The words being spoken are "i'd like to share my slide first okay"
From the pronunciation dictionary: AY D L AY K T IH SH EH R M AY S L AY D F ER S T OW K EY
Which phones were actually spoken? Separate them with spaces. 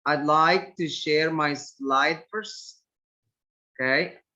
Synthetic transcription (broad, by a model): AY D L AY K T IH SH EH R M AY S L AY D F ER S OW K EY